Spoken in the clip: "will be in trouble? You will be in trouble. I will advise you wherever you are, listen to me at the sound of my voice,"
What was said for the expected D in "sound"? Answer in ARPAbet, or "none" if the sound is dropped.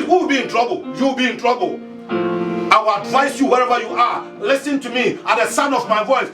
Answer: none